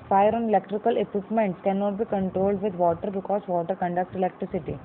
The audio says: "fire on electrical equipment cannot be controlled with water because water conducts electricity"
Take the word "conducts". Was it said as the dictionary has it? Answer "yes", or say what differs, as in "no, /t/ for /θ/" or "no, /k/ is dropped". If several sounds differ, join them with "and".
no, /s/ is dropped